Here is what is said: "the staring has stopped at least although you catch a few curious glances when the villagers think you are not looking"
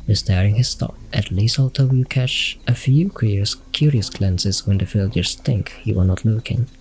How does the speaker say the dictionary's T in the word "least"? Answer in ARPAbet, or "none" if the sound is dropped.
none